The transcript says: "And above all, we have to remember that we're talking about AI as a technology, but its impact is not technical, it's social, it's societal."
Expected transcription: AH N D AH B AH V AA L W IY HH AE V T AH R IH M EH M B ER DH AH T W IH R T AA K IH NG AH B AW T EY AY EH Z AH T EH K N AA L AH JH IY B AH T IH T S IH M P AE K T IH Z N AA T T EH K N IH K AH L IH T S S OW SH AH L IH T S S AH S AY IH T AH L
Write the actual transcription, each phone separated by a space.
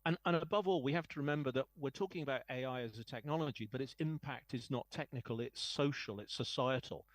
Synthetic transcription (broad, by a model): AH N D AH B AH V AA L W IY HH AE F T AH R IH M EH M B ER DH AH T W IH R T AA K IH NG AH B AW T EY AY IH Z AH T EH K N AA L AH JH IY B AH T IH T S IH M P AE K T IH Z N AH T T EH K N IH K AH L IH T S S OW SH AH L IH T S S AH S AY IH T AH L